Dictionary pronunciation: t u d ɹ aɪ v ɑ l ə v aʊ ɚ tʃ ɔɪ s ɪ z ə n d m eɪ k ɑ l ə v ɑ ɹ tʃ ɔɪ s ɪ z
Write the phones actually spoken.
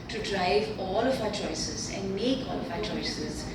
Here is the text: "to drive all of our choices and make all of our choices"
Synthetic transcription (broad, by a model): t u d ɹ aɪ v ɑ l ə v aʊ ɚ tʃ ɔɪ s ɪ z ə n d m eɪ k ɑ l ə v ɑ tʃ ɔɪ s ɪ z